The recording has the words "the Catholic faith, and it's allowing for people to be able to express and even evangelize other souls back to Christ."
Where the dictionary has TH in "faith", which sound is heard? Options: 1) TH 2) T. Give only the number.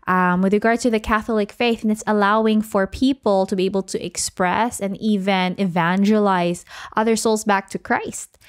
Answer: 1